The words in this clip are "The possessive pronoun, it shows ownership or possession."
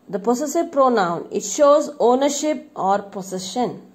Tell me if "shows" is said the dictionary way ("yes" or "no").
yes